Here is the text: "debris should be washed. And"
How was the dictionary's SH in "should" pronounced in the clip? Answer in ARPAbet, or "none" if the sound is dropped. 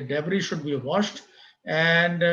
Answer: SH